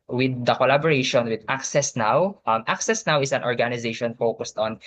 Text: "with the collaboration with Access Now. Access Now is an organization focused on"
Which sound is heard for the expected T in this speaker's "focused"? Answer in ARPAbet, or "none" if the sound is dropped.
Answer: T